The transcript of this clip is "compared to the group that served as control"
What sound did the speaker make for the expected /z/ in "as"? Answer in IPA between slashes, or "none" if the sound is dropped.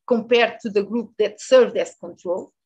/s/